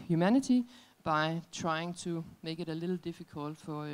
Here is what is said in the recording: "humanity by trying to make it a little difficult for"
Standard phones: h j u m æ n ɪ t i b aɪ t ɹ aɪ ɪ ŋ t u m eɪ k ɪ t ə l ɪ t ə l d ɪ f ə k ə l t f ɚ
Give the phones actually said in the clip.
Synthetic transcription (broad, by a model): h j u m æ n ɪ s i b aɪ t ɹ aɪ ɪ ŋ s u m eɪ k ɪ t ə l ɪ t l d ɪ f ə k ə l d f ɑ